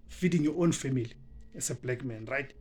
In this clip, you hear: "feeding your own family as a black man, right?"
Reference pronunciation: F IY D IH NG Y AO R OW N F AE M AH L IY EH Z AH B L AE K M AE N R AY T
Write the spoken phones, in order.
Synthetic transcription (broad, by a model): F IY D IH NG Y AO OW N F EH M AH L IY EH S AH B L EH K M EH N R AY T